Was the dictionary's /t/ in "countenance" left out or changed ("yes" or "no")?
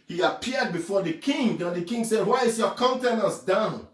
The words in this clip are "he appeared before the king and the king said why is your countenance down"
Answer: no